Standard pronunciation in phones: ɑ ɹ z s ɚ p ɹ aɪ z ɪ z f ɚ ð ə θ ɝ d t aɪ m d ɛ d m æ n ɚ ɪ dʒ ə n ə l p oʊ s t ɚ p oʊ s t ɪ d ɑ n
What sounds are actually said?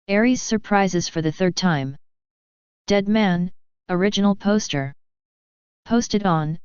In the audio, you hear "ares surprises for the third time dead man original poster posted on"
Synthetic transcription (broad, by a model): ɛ ɹ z s ɚ p ɹ aɪ z ɪ z f ɚ ð ə θ ɝ d t aɪ m d ɛ d m æ n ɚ ɪ dʒ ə n l p oʊ s t ɚ p oʊ s t ɪ d n